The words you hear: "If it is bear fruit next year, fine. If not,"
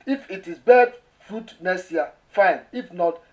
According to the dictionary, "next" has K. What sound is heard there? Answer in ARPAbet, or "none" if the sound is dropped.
none